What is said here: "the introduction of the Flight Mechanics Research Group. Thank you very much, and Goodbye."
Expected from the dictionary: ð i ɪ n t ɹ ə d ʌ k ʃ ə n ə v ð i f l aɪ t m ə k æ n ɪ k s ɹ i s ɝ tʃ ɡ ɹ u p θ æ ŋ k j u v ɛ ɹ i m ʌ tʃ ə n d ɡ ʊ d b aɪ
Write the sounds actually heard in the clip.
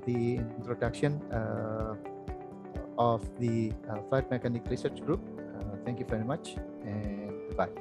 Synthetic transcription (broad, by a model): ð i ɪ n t ɹ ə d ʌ k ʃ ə n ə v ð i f l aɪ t m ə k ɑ n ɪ k ɹ i s ɝ tʃ ɡ ɹ u p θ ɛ ŋ k j u v ɛ ɹ i m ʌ tʃ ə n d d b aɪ